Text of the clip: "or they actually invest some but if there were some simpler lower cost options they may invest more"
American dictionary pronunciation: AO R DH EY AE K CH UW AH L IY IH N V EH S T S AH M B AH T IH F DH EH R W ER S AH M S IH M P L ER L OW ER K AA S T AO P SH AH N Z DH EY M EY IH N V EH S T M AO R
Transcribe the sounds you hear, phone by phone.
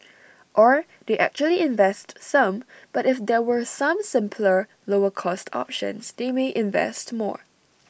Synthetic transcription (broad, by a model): AO R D EY AE K CH UW AH L IY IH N V EH S T S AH M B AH T IH F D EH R W ER S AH M S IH M P L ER L OW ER K AA S T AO P SH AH N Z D EY M EY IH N V EH S T M AO R